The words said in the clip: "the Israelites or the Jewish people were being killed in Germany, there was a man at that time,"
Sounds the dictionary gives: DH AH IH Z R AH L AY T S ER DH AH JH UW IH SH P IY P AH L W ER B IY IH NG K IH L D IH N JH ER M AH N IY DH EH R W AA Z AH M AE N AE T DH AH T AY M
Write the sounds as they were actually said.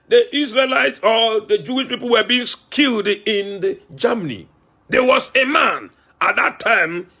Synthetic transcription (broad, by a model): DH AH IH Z R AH L AY T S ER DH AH JH UW IH SH P IY P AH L W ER B IY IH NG K IH L D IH N JH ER M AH N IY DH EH W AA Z AH M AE N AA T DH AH T AY M